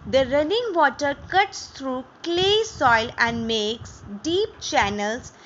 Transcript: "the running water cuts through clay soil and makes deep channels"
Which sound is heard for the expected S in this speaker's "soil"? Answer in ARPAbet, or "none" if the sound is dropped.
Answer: S